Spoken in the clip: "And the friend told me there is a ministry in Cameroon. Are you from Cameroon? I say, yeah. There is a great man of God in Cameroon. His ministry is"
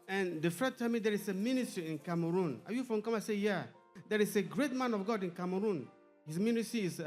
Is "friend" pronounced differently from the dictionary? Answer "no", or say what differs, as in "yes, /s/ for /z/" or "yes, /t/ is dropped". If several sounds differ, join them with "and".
yes, /ɹ/ is dropped